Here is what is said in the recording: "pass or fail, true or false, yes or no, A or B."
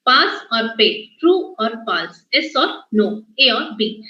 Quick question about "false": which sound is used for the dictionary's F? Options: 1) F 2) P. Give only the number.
2